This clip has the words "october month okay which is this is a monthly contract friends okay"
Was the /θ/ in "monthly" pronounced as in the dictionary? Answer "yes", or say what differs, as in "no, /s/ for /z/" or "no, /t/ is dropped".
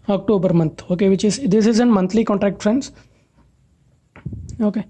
no, /t/ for /θ/